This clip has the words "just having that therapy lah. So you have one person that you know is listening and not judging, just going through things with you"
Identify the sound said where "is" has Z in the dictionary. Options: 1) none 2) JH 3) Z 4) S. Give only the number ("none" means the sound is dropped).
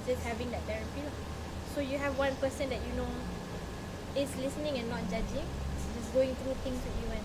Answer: 4